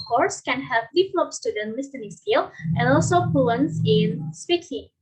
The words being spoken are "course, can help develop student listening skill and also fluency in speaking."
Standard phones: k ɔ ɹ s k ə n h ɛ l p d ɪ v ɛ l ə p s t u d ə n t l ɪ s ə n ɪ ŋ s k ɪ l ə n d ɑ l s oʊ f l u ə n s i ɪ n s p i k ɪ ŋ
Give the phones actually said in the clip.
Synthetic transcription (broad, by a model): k ɔ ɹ s k ə n h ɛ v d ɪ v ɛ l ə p s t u d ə n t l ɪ s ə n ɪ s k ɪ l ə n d ɑ l s oʊ p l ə n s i ɪ n s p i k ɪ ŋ